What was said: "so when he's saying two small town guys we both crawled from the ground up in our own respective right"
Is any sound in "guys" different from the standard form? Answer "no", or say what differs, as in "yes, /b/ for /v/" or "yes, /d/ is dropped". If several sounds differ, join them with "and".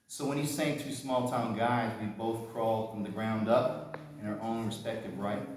no